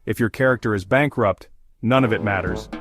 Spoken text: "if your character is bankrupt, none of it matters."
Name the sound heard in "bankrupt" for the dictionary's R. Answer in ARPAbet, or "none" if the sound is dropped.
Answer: R